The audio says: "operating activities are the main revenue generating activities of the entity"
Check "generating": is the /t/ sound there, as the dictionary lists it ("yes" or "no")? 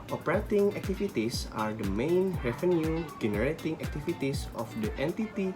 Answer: yes